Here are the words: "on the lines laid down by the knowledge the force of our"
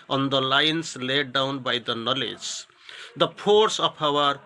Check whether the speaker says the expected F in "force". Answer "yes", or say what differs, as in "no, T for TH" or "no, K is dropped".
no, P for F